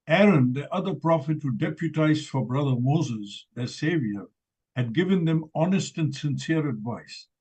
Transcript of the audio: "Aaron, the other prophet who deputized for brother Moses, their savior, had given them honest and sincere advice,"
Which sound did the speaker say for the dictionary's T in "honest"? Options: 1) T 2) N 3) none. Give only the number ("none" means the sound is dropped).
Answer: 1